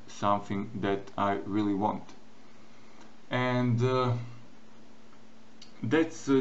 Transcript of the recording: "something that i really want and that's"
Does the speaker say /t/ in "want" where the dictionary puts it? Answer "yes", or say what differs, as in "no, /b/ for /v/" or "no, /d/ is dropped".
yes